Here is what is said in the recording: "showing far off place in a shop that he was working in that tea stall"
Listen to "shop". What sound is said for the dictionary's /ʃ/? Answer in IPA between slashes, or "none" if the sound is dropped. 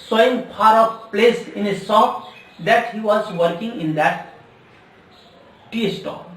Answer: /s/